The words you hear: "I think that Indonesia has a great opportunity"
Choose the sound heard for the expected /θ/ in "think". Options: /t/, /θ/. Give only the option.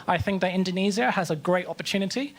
/θ/